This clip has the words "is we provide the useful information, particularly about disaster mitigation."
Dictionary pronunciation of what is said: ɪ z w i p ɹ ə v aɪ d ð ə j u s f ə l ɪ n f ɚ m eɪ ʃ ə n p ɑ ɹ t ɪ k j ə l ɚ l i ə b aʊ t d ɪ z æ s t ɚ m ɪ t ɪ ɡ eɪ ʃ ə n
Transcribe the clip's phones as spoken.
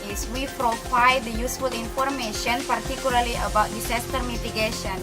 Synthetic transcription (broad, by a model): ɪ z w i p ɹ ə f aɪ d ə j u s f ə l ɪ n f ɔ m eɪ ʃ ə n p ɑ ɹ t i k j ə l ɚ l i ə b aʊ t d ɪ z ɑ s t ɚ m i t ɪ ɡ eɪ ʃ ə n